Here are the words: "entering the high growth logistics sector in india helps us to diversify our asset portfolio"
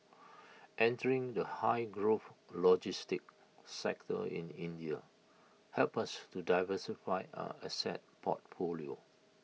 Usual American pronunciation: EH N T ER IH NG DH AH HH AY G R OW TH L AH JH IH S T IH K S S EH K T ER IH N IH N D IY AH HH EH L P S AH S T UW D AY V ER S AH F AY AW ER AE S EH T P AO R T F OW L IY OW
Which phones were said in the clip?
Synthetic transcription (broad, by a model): EH N T ER IH NG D AH HH AY G R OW F L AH JH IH S T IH K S S EH K T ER IH N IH N D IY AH HH EH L P AH S T UW D AY V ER S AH F AY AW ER S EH T P AO T F OW L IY OW